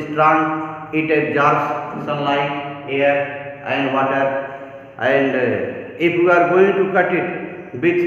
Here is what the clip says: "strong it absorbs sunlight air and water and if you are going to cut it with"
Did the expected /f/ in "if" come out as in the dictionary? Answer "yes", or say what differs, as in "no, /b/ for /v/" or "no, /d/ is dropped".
no, /p/ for /f/